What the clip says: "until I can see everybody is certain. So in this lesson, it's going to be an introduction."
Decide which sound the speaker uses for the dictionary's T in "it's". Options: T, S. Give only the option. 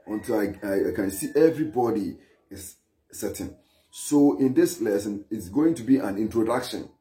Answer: T